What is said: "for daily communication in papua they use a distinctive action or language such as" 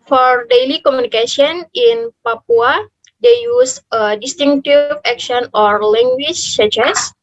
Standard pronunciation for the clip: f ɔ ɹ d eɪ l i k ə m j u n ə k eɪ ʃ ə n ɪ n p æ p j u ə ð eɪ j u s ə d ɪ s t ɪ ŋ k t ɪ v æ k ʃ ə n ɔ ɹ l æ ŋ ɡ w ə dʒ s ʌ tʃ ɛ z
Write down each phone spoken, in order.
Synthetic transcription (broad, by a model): f ɔ ɹ d eɪ l i k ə m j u n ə k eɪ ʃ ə n ɪ n p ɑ p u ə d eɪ j u s ə d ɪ s t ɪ ŋ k t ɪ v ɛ k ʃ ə n ɔ ɹ l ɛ ŋ ɡ w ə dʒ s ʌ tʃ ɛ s